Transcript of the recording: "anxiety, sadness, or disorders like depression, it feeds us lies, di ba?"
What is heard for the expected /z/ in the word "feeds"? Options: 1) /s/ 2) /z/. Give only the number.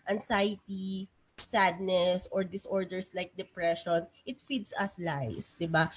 1